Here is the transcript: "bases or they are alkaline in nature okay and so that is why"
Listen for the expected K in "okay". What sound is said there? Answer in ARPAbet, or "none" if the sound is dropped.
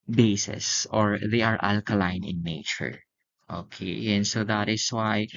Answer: K